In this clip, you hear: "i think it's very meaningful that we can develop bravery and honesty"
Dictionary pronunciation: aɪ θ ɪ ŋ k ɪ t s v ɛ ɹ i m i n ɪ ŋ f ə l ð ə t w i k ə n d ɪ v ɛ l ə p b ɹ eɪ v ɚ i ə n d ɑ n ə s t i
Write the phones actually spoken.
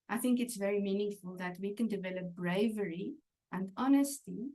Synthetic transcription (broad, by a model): aɪ θ ɪ ŋ k ɪ t s v ɛ ɹ i m i n ɪ ŋ f ə l ð ə t w i k ə n d ɪ v ɛ l ə p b ɹ eɪ v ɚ i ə n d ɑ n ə s t i